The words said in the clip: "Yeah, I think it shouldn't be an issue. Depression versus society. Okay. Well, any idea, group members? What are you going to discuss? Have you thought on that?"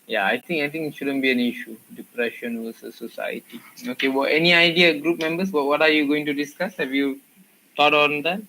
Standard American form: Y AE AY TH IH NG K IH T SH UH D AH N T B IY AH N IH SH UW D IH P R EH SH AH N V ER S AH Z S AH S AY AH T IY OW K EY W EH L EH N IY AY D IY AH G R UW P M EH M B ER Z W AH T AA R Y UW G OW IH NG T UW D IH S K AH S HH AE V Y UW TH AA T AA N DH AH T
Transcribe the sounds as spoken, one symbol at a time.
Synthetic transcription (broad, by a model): Y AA AY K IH NG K IH T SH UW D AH N B IY AH N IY SH UW D IH P R EH SH AH N W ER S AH S AH S AY AH T IY OW K EY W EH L EH N IY AY D IY AH G R UW P M EH M B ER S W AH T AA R Y UW G OW IH NG T UW D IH S K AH S HH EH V Y UW T AA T AA N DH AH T